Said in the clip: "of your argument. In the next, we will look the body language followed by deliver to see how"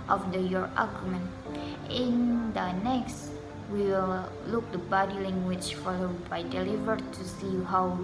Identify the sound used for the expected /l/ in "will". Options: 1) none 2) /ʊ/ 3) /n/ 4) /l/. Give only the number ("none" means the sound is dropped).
4